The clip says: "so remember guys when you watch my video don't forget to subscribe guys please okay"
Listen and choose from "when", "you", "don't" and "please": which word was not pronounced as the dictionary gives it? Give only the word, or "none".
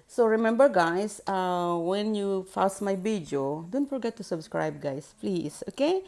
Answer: please